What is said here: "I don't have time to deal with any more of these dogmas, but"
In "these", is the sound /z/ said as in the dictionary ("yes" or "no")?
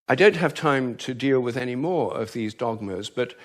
yes